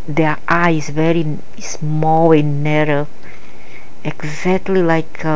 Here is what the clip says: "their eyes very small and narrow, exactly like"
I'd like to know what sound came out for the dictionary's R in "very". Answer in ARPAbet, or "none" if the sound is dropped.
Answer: R